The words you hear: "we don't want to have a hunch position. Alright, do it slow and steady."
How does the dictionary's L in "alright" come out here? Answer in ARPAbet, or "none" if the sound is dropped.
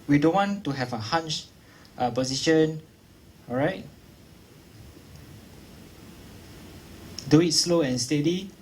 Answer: none